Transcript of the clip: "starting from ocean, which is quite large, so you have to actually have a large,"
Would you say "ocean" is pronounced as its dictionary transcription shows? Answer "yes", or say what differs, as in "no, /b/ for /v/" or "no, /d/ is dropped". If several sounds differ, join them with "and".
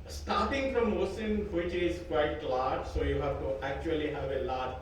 no, /s/ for /ʃ/